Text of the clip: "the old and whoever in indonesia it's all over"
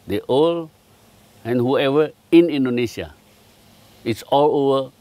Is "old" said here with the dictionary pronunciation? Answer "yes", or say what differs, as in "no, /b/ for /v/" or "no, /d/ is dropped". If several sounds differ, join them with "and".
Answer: no, /d/ is dropped